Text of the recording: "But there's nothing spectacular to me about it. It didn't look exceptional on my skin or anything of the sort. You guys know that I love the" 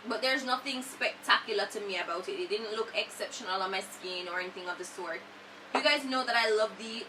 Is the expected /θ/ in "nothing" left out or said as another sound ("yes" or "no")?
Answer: no